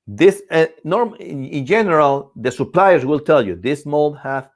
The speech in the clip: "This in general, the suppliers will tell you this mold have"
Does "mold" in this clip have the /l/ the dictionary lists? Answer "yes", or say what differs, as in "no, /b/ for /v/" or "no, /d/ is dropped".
yes